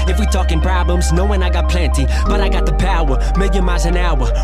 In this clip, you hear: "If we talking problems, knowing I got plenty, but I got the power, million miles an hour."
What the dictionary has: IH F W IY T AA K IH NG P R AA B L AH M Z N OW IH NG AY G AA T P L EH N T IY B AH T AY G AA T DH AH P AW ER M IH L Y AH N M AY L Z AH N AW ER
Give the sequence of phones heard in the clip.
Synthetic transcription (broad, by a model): IH F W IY T AA K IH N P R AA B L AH M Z N OW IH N AY G AA T P L EH N T IY B AH T AY G AA T DH AH P AW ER M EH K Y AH M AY Z AH N AW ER